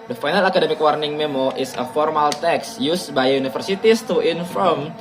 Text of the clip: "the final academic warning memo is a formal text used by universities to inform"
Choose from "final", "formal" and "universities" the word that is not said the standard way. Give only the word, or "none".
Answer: universities